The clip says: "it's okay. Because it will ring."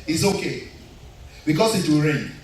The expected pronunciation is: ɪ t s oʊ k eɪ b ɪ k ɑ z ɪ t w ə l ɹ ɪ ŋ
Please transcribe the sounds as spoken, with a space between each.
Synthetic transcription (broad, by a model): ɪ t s oʊ k eɪ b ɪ k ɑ s ɪ t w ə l ɹ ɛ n